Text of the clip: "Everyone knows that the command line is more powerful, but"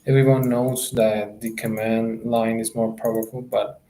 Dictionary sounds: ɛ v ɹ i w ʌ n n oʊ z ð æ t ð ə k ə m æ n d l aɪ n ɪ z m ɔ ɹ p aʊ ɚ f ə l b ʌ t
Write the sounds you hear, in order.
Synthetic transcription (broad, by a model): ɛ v ɹ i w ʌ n n oʊ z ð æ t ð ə k ə m æ n d l aɪ n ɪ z m ɔ ɹ p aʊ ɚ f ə l b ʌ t